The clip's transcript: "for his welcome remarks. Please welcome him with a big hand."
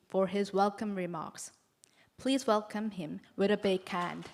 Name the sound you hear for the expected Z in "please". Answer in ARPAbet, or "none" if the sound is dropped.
Z